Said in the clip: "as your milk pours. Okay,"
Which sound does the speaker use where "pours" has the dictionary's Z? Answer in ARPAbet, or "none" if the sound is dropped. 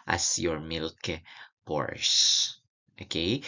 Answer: S